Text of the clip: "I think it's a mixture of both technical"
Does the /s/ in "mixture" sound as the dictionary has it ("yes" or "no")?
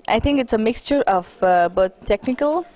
yes